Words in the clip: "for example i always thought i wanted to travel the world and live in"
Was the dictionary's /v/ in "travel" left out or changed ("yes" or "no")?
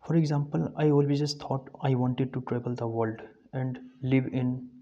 yes